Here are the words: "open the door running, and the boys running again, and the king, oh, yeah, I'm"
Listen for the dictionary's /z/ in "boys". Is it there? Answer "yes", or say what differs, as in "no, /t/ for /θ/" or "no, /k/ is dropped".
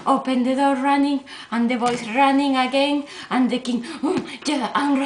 no, /s/ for /z/